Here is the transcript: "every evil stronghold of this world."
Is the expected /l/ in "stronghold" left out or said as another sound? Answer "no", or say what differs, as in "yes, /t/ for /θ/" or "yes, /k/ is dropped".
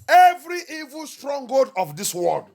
yes, /l/ is dropped